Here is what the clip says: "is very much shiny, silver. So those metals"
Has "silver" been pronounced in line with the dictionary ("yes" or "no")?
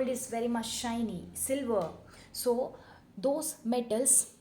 yes